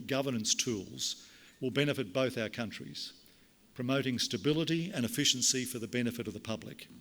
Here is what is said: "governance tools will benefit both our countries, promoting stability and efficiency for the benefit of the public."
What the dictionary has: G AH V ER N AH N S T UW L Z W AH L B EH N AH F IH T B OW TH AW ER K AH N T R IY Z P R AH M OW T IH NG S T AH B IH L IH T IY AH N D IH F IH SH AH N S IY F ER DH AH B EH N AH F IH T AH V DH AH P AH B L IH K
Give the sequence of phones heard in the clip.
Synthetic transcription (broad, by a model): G AH V ER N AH N S T UW L Z W AH L B EH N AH F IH T B OW TH AW ER K AH N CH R IY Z P R AH M OW T IH NG S T AH B IH L IH T IY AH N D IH F IH SH N S IY F ER DH AH B EH N AH F IH T AH V DH AH P AH B L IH K